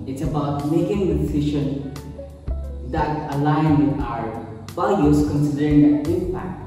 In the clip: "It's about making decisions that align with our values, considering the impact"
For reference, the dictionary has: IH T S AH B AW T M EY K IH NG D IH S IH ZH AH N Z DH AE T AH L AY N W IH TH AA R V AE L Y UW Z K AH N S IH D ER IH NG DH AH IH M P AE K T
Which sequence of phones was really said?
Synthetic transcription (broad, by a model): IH T S AH B AW T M EY K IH NG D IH S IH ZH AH N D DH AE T AH L AY N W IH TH AA R B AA Y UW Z K AH N S IH D ER IH NG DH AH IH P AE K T